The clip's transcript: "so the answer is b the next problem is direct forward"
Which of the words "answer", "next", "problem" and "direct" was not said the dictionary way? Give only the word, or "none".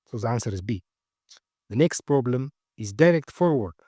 none